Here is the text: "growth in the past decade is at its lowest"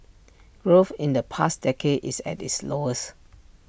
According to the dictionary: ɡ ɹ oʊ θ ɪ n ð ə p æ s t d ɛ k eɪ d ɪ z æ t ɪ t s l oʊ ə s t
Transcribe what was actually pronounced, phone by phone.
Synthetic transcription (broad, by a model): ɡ ɹ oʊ f ɪ n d ə p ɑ s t d ɛ k eɪ d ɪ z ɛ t ɪ t s l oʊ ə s